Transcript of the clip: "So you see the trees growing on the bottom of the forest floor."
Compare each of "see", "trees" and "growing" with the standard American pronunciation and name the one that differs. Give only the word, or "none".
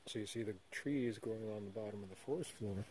none